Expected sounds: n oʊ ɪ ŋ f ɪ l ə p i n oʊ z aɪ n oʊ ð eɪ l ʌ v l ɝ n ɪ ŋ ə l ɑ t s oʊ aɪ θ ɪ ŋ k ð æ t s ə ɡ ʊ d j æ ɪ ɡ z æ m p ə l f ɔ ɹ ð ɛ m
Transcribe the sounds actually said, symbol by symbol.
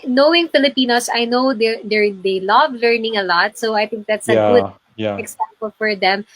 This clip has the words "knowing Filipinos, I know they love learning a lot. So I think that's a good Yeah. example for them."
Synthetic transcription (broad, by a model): n oʊ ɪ ŋ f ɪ l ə p i n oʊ s aɪ n oʊ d eɪ l ʌ v l ɝ n ɪ ŋ ə l ɑ t s oʊ aɪ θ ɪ ŋ k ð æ t s ə ɡ ʊ d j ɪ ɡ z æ m p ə l f ɔ ɹ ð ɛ m